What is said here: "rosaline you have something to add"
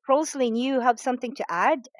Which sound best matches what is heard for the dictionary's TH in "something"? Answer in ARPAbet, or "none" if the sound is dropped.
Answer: TH